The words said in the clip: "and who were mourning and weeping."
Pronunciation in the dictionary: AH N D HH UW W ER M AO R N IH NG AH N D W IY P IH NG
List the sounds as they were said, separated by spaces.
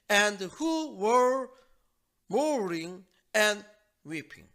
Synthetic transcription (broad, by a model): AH N D HH UW W ER M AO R IH NG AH N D W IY P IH NG